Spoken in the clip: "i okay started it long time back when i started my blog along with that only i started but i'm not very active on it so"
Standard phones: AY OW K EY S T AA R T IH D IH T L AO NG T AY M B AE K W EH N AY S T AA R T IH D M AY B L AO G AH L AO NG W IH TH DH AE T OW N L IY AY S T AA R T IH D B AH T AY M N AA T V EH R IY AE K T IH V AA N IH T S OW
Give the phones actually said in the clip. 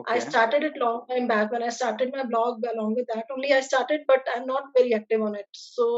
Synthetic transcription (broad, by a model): AY S T AA R T IH D IH T L AO NG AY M B AE K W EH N AY S T AA R T IH D M AY B L AO G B L AO NG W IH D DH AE T OW N L IY AY S T AA R T IH D B AH T AY M N AA T V EH R IY AE K T IH V AA N IH T S OW